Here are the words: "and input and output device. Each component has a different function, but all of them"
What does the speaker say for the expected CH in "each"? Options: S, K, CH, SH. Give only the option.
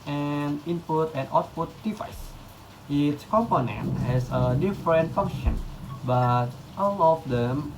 S